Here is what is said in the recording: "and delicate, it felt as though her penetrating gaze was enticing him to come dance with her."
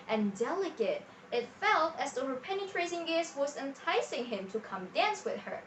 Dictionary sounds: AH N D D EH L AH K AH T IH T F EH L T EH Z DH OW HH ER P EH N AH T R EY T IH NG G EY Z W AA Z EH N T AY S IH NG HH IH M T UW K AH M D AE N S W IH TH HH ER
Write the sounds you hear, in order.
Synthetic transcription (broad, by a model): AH N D D EH L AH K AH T IH T F EH L T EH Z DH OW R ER P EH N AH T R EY S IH NG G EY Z W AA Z EH N T AY S IH NG HH IH M T UW K AH M D AE N S W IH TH HH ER